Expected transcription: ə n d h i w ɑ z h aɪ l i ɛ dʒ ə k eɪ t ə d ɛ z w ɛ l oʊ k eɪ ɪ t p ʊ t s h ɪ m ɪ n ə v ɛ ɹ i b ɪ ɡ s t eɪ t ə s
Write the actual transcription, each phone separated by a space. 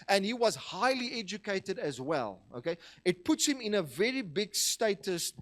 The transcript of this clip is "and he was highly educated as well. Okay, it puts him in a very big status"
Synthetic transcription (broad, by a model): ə n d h i w ɑ z h aɪ l i ɛ dʒ ə k eɪ t ə d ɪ z w ɛ l oʊ k eɪ ɪ t p ʊ t s h ɪ m ɪ n ə v ɛ ɹ i b ɪ ɡ s t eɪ t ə s